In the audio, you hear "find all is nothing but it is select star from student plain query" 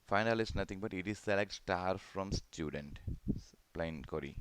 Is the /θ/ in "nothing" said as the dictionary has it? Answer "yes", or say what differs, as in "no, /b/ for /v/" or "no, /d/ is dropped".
no, /t/ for /θ/